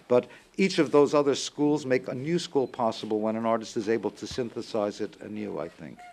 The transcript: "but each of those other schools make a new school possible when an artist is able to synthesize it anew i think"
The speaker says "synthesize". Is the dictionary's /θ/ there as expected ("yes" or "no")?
yes